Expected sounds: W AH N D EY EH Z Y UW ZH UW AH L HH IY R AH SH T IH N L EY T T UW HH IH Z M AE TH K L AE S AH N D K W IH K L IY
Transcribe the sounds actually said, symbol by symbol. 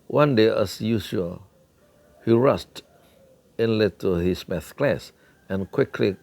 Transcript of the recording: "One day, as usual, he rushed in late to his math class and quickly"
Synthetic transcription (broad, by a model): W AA N D EY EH S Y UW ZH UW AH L HH IY R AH S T IH N L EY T T UW HH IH S M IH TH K L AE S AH N K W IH K L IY